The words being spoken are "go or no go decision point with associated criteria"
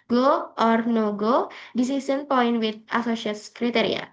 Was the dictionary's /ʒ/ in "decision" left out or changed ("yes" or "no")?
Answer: yes